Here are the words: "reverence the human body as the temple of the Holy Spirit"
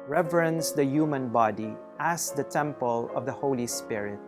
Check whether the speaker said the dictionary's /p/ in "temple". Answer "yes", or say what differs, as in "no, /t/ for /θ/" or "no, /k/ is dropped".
yes